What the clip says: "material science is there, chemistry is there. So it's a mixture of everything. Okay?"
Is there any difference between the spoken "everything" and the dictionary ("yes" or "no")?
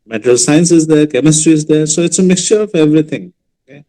yes